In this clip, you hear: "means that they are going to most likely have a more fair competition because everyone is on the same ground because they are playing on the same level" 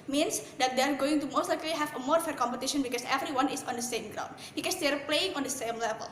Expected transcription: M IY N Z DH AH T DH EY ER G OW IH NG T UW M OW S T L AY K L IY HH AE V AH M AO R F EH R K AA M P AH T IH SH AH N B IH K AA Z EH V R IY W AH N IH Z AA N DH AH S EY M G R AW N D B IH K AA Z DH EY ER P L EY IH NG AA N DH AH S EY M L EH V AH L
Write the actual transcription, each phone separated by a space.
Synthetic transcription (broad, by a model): M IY N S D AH T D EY ER G OW IH NG T UW M OW S T L AY K L IY HH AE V AH M AO R F EH R K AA M P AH T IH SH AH N B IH K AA S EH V R IY W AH N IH S AA N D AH S EY M G R AW N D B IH K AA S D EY ER P L EY IH NG AA N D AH S EY M L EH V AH L